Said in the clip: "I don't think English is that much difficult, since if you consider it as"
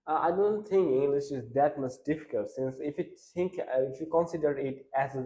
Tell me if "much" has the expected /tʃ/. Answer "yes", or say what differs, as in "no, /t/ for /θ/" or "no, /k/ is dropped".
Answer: no, /s/ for /tʃ/